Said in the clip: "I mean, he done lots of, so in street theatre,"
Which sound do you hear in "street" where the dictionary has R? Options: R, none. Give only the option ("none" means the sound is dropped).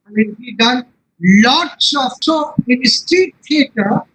none